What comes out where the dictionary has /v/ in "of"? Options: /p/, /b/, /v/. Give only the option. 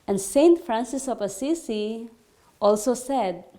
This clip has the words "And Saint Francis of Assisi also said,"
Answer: /p/